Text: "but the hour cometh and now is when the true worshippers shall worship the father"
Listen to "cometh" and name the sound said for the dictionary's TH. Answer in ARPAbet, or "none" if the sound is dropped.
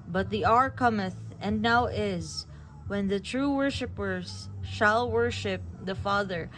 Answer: TH